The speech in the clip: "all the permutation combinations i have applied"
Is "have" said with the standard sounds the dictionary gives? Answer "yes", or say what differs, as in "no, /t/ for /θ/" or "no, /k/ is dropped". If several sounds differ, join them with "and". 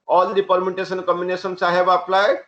no, /b/ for /v/